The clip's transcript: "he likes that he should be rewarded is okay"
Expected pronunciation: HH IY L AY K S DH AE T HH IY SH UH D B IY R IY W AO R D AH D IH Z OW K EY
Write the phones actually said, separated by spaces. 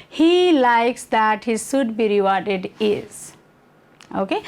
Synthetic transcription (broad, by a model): HH IY L AY K S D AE T HH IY S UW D B IY R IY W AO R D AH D IH Z OW K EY